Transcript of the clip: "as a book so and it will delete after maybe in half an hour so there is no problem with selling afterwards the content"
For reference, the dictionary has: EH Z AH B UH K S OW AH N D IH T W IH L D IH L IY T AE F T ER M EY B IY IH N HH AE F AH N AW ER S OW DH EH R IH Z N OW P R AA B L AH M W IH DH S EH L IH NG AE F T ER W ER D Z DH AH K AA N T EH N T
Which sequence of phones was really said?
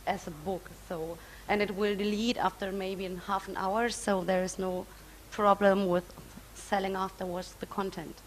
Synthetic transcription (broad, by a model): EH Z AH B UH K S OW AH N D IH T W IH L D IH L IY T AE F T ER M EY B IY IH N HH AE F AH N AW ER S OW DH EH R IH Z N OW P R AA B L AH M W IH DH S EH L IH NG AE F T ER W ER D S DH AH K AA N T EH N T